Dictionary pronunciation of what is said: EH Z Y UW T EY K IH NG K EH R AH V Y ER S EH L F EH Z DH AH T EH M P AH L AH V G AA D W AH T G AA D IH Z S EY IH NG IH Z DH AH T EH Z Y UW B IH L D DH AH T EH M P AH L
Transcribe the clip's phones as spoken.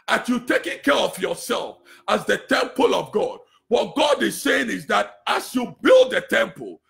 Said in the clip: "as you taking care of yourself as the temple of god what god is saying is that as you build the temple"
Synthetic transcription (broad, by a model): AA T Y UW T EY K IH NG K EH R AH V Y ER S EH L F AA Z DH AH T EH M P AH L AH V G AA D W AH T G AA D IH Z S EY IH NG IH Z DH AH T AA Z Y UW B IH L D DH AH T EH M P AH L